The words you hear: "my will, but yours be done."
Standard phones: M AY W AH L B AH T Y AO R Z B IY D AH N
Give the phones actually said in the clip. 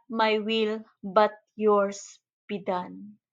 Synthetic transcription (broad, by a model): M AY W AH L B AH T Y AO R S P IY D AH N